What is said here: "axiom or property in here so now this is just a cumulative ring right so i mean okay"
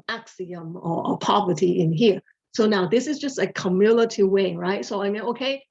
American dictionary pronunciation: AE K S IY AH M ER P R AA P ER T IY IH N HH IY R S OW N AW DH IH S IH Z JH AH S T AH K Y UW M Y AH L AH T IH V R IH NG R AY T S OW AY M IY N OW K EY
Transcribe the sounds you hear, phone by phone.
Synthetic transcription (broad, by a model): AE K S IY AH M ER P AA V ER T IY IH N HH IY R S OW N AW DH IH S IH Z JH AH S T AH K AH M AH L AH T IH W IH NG R AY T S OW AY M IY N OW K EY